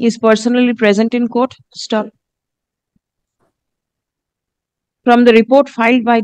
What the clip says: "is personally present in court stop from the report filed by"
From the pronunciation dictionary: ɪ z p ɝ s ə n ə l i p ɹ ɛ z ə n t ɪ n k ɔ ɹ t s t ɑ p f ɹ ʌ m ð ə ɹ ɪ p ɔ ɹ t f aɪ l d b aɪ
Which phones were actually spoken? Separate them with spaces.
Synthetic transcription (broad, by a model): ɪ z p ɝ s ə n ə l i p ɹ ɛ z ə n t ɪ n k ɔ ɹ t s t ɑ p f ɹ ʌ m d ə ɹ ɪ p ɔ ɹ t f aɪ l d b aɪ